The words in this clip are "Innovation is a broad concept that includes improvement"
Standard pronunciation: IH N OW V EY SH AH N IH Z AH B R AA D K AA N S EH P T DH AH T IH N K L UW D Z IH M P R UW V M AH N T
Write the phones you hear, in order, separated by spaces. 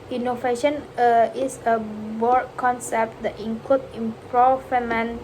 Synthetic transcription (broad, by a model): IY N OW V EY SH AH N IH S AH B AA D K AA N S EH P T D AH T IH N K L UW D IH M P R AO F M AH N